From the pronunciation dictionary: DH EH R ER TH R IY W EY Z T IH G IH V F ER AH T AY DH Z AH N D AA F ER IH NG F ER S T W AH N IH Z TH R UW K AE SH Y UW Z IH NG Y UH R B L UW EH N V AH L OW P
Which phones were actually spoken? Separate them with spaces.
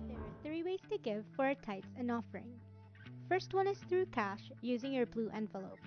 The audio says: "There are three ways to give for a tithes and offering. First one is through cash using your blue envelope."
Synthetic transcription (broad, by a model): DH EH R ER TH R IY W EY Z T IH G IH V F ER AH T AY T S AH N AA F ER IH NG F ER S T W AH N IH Z TH R UW K AE SH Y UW Z IH NG Y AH R B L UW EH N V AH L OW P